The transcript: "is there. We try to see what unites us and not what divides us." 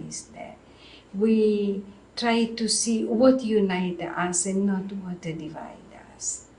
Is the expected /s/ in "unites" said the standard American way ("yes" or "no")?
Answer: no